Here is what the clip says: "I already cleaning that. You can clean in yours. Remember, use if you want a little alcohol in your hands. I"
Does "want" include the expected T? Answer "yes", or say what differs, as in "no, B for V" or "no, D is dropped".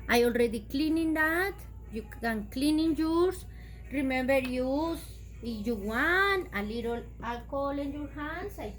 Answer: no, T is dropped